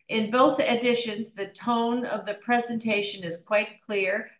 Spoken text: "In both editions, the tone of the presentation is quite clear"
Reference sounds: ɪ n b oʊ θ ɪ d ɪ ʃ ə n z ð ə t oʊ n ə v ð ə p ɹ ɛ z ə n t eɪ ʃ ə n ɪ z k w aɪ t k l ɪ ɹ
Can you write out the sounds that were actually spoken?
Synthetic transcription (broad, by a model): ɪ n b oʊ θ ɪ d ɪ ʃ ə n z ð ə t oʊ n ə v ð ə p ɹ ɛ z ə n t eɪ ʃ ə n ɪ z k w aɪ t k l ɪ ɹ